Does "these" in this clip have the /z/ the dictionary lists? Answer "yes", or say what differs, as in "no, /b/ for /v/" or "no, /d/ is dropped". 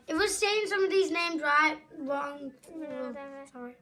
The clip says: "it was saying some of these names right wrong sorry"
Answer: yes